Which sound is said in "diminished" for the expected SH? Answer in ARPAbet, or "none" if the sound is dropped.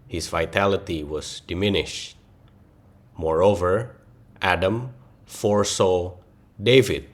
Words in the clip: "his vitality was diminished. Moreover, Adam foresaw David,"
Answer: SH